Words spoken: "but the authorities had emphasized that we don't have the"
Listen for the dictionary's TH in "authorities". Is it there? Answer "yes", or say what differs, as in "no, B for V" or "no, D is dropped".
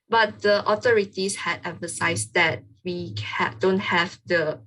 no, T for TH